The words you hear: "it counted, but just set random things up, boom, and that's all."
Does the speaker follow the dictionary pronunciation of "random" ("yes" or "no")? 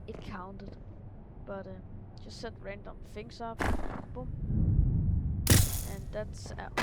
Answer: yes